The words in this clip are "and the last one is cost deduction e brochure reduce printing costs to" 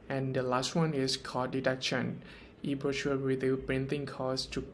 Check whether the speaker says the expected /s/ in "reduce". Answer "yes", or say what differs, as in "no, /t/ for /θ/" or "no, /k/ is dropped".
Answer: no, /s/ is dropped